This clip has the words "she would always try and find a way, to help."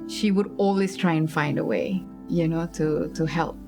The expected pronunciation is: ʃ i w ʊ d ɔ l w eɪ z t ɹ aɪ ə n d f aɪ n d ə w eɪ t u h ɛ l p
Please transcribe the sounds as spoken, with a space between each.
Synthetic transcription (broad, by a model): ʃ i w ʊ d ɔ l w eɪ s t ɹ aɪ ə n f aɪ n d ə w eɪ t u h ɛ l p